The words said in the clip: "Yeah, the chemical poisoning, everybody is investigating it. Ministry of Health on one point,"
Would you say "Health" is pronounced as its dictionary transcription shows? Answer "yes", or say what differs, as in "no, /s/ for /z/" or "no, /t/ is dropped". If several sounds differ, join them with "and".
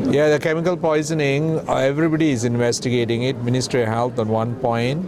no, /t/ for /θ/